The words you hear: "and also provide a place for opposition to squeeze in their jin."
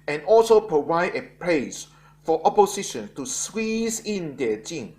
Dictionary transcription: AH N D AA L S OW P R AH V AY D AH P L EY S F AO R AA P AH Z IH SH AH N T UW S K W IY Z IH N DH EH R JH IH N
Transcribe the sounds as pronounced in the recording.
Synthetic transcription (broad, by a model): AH N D AA L S OW P R AH V AY D AH P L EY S F AO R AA P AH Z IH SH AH N T UW S W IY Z IH N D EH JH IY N